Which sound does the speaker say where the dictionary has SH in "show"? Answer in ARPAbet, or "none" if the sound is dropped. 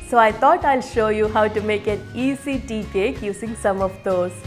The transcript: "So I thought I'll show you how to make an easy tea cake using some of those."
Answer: SH